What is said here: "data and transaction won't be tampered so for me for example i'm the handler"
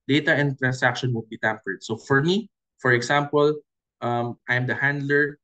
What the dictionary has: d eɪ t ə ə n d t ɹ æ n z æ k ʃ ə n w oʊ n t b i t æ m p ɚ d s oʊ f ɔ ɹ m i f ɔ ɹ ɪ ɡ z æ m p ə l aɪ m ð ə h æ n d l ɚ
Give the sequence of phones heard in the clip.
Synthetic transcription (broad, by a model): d eɪ t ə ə n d t ɹ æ n s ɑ k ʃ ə n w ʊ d b i t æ m p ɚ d s oʊ f ɔ ɹ m i f ɔ ɹ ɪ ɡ s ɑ m p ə l aɪ m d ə h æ n d l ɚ